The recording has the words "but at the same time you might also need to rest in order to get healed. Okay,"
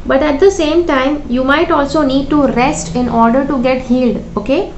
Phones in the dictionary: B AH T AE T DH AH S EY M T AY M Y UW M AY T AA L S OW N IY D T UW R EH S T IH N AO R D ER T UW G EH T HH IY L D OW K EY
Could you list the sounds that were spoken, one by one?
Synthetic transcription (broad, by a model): B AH T AE T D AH S EY M T AY M Y UW M AY T AA L S OW N IY D T UW R EH S T IH N AO R D ER T UW G EH T HH IY L D OW K EY